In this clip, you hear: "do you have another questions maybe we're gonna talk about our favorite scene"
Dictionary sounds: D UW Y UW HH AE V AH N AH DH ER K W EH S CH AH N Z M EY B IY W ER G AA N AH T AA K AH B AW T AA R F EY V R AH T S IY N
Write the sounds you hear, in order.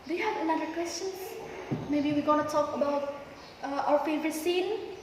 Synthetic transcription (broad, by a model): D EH HH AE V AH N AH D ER K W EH S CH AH N S M EY B IY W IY G AA N AH T AA K AH B AW T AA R F EY V R AH T S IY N